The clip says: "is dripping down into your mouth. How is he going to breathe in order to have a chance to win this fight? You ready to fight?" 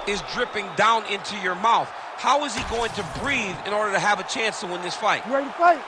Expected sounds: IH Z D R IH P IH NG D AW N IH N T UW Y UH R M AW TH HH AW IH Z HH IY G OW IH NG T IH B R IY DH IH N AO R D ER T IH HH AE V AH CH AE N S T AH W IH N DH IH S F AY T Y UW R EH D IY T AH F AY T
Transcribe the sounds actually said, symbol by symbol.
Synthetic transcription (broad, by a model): IH Z D R IH P IH NG D AW N IH N T UW Y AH R M AW TH HH AW IH Z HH IY G OW IH NG T IH B R IY DH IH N AO R D ER T IH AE V AH CH AE N S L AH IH N DH IH S F AY T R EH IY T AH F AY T